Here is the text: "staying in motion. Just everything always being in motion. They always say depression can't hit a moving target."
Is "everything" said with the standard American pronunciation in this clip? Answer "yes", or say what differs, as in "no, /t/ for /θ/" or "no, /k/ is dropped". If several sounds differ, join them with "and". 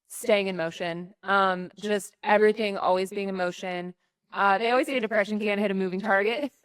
yes